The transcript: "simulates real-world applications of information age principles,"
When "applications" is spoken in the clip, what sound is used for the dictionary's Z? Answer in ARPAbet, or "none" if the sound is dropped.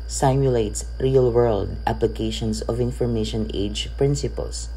S